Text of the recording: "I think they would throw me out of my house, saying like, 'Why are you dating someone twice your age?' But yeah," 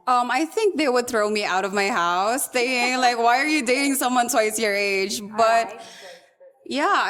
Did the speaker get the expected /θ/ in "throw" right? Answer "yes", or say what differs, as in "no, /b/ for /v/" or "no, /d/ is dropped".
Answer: yes